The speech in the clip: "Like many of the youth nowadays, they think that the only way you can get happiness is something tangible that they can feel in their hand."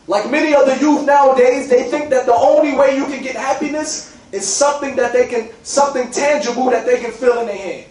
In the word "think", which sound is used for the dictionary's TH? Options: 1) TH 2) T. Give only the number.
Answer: 1